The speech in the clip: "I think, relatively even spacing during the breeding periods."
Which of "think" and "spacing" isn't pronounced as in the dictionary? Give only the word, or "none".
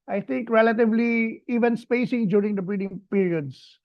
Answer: think